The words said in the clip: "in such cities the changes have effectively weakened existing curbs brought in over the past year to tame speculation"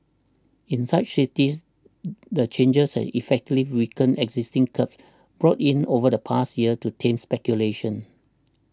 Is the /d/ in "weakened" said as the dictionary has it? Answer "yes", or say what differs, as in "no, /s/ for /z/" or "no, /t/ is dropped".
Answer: no, /d/ is dropped